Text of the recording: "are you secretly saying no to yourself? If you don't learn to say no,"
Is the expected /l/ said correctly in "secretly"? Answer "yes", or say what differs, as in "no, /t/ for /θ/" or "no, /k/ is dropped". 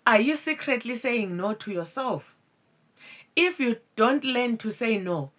yes